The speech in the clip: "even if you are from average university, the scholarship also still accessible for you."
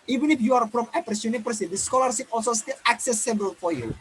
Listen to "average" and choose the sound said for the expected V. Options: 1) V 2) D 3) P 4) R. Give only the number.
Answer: 3